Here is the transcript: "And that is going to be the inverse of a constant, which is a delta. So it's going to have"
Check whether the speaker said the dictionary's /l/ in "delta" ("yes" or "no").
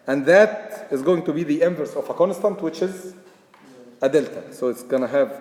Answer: yes